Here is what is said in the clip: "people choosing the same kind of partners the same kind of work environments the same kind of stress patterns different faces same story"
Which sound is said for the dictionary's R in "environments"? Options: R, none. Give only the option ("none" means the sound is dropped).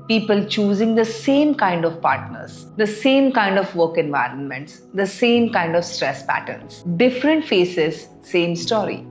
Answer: R